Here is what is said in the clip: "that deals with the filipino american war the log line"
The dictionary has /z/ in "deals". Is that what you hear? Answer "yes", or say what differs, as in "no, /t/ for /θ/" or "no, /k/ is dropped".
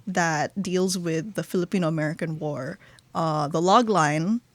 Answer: yes